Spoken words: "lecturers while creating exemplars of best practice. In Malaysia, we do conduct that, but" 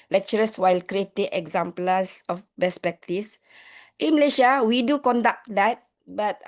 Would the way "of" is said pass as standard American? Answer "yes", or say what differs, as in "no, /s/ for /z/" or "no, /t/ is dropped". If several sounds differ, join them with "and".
no, /f/ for /v/